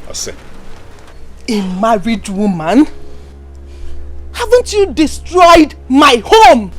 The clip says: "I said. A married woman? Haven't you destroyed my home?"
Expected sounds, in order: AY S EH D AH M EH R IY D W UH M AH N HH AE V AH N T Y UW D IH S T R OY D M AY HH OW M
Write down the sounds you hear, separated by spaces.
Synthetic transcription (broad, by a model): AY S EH AH M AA R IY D W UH M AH N HH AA V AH N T Y UW D IH S T R OY D M AY HH OW M